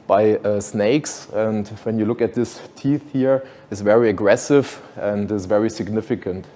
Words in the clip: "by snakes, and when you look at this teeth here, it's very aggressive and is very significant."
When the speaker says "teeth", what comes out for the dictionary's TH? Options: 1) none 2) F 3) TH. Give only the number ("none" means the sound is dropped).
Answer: 3